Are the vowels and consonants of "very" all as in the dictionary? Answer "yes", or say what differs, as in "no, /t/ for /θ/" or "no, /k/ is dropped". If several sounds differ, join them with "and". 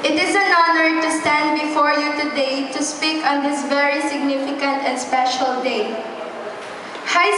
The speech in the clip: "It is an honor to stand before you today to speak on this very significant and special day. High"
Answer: yes